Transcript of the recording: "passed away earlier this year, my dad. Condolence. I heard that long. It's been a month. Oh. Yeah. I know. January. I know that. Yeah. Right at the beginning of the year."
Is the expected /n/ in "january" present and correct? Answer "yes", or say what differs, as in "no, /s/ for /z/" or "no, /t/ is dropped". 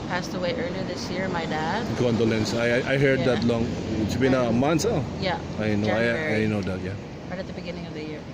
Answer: no, /n/ is dropped